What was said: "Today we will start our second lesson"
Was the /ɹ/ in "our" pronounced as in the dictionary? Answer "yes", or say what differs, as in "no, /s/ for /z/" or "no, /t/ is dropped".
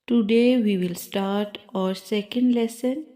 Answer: yes